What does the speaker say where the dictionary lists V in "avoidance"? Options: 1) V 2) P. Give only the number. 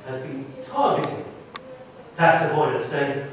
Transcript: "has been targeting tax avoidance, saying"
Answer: 2